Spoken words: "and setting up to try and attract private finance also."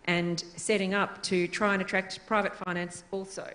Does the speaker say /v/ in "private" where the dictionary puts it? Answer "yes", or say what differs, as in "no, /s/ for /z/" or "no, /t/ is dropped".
yes